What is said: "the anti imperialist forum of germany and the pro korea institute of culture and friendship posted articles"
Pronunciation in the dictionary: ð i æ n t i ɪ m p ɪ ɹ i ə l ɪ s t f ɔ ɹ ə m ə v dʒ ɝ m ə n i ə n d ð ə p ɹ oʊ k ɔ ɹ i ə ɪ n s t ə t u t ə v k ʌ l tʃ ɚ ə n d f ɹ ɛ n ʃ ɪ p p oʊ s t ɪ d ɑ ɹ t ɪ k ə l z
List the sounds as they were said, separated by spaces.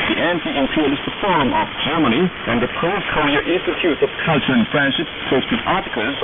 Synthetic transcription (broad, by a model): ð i æ n t i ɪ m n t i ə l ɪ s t f ɔ ɹ ə m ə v dʒ ɝ m ə n i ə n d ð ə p oʊ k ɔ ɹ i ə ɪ n s t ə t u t ə v k ʌ l tʃ ɚ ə n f ɹ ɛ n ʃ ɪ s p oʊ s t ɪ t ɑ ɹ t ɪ k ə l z